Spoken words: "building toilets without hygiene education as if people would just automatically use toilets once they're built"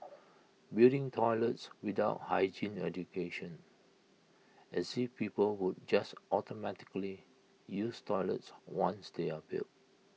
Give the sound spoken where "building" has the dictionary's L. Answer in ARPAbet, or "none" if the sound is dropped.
none